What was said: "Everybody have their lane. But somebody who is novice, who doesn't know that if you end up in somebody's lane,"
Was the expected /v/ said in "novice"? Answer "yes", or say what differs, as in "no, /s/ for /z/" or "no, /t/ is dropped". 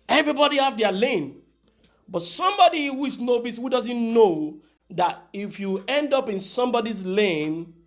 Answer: no, /b/ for /v/